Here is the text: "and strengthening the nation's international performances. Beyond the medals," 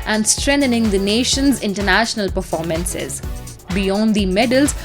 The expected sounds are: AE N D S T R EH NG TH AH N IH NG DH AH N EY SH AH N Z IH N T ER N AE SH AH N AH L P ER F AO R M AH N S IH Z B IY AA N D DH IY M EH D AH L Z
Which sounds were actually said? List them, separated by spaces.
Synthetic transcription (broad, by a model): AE N D S T R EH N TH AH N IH NG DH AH N EY SH AH N Z IH N T ER N AE SH AH N AH L P ER F AO R M AH N S IH Z B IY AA N D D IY M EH D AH L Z